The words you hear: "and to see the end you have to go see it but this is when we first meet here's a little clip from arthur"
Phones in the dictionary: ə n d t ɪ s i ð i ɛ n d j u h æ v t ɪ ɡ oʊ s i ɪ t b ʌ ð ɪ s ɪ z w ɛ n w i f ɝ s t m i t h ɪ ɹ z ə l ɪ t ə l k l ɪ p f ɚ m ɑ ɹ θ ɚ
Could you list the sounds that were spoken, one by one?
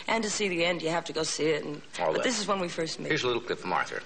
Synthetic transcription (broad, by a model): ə n t ɪ s i ð i ɛ n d j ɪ h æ f t ɪ ɡ oʊ s i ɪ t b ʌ ð ɪ s ɪ z w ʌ n w i f ɝ s t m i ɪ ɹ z ə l ɪ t l k l ɪ p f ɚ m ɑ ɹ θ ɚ